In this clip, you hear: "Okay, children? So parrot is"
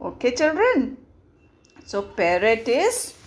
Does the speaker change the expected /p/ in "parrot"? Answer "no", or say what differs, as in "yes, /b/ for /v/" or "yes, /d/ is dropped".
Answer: yes, /b/ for /p/